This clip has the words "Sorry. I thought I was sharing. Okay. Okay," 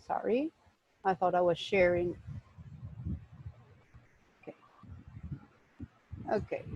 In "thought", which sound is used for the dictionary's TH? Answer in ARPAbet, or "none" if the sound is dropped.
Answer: TH